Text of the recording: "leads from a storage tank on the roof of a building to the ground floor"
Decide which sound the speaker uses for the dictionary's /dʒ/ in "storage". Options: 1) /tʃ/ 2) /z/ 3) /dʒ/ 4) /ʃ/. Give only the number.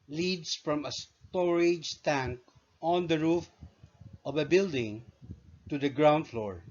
3